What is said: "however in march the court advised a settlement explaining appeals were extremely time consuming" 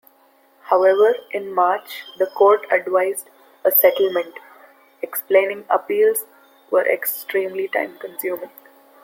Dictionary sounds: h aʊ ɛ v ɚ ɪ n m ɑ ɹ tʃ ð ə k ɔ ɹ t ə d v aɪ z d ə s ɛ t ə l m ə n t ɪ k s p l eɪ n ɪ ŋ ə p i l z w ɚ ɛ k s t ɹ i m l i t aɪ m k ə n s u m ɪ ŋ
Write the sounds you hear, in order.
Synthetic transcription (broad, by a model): h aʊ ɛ v ɚ ɪ n m ɑ ɹ tʃ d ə k ɔ ɹ t ə d v aɪ z d ə s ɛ t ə l m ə n t ɪ k s p l eɪ n ɪ ŋ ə p i l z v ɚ ɛ k s t ɹ i m l i t aɪ m k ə n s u m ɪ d